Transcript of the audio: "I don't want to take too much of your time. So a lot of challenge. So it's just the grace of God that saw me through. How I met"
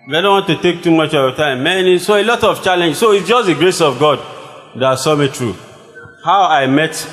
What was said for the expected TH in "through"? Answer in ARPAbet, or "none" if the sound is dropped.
T